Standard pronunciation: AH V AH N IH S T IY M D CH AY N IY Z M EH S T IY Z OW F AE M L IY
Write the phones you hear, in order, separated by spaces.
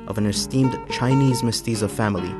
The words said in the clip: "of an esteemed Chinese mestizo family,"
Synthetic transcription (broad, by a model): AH V AH N IH S T IY M D CH AY N IY Z M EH S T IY Z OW F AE M L IY